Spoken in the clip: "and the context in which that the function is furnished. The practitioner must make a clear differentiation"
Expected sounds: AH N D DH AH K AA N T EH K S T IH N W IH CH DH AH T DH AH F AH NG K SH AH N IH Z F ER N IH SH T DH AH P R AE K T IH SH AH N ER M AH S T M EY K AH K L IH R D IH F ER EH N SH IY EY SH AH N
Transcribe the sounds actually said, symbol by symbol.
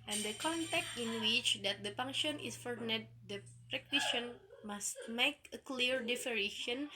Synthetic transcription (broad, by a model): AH N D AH K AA N T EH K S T IH N W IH CH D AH T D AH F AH NG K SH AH N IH S F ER N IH T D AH P R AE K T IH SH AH N M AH S T M EY K AH K L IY R D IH F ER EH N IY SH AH N